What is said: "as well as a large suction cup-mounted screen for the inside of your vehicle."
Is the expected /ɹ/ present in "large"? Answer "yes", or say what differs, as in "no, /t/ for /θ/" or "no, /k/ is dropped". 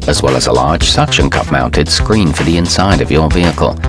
yes